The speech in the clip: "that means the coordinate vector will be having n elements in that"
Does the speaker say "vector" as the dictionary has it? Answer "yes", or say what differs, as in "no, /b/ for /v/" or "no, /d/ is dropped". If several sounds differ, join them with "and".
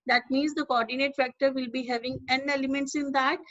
no, /f/ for /v/